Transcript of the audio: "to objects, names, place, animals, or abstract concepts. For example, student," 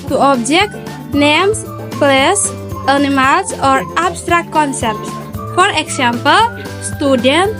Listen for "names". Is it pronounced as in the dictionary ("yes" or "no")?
no